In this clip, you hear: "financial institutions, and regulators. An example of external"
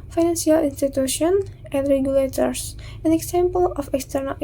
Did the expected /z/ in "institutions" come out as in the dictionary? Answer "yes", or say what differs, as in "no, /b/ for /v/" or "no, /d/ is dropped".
no, /z/ is dropped